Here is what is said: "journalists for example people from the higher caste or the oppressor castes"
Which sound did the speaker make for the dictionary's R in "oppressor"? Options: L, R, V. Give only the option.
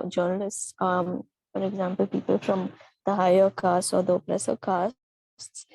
L